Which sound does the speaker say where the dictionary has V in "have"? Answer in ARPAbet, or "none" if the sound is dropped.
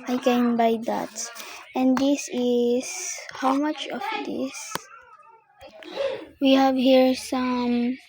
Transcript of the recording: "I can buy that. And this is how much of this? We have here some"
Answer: V